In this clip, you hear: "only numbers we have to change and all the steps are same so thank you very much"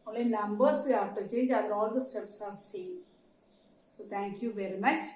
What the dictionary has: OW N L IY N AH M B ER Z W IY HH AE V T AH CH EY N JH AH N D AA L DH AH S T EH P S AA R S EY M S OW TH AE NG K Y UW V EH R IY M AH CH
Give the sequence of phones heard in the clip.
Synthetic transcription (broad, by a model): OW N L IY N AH M B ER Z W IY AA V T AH CH EY N JH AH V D AA L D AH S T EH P S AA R S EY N S OW T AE NG K Y UW V EH R IY M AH CH